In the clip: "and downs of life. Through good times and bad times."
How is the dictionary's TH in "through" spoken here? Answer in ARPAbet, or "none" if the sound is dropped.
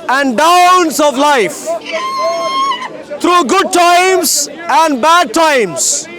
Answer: T